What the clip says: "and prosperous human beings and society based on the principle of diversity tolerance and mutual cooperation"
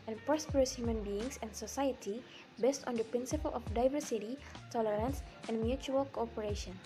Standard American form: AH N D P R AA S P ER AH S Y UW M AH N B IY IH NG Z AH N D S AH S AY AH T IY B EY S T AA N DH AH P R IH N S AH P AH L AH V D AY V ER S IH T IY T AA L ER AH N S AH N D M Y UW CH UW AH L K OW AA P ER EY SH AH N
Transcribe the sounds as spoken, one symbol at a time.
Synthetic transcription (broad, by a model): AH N P R AA S P ER AH S Y UW M AH N B IY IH NG S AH N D S AH S AY AH T IY B EY S T AA N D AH P R IH N S AH P AH L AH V D AY V ER S IH T IY T AA L ER AH N S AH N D M Y UW CH UW AH L K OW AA P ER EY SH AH N